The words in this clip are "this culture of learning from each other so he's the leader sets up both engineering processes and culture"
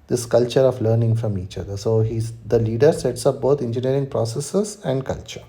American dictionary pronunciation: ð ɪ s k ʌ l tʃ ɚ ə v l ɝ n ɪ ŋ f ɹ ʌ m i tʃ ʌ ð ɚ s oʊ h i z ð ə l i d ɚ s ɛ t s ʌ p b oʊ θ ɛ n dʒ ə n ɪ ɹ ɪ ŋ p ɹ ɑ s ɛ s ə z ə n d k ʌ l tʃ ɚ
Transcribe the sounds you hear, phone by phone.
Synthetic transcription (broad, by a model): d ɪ s k ʌ l tʃ ɚ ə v l ɝ n ɪ ŋ f ɹ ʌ m i tʃ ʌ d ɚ s oʊ h i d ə l i d ɚ s ɛ t s ʌ p b oʊ t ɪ n dʒ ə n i ɹ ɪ ŋ p ɹ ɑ s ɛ s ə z ə n d k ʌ l tʃ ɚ